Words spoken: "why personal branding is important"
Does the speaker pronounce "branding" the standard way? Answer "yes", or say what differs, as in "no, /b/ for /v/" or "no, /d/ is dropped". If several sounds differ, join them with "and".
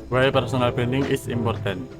no, /ɹ/ is dropped